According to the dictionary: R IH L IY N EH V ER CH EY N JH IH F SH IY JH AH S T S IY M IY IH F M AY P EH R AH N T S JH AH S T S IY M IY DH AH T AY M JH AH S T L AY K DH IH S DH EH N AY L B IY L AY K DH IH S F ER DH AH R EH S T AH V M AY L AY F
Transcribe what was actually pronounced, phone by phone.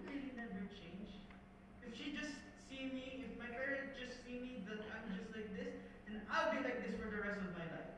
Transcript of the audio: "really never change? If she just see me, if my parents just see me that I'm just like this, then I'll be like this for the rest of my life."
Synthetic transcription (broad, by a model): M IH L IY N EH V ER CH EY N JH IH F SH IY JH AH S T S IY M IY IH F M AY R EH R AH T JH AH S T S IY M IY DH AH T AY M JH AH S T L AY K DH IH S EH N AY L B IY L AY K DH IH S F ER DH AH R EH S T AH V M AY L AY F